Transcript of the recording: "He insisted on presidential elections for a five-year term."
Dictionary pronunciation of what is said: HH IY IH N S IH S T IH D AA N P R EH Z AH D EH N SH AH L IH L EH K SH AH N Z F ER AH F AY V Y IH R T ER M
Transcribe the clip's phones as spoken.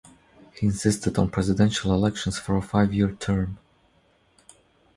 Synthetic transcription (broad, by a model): HH IY IH N S IH S T IH D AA N P R EH Z AH D EH N SH AH L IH L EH K SH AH N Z F ER AH F AY V Y IH R T ER M